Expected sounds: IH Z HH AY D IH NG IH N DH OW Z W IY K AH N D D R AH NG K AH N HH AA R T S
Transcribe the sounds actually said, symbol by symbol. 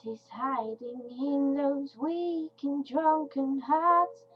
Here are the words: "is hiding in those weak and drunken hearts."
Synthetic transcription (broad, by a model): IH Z HH AY D IH NG IH N DH OW Z W IY K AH N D D R AH NG K AH N HH AA R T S